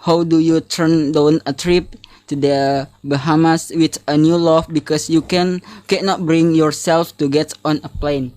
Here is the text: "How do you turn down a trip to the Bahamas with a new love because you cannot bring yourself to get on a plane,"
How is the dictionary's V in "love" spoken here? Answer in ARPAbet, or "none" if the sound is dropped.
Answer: F